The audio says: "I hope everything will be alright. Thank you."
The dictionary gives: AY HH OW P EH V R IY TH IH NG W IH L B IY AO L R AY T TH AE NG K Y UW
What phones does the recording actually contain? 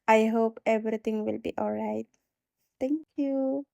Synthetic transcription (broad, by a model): AY HH OW P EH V R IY T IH NG W IH L B IY AO L R AY T T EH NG K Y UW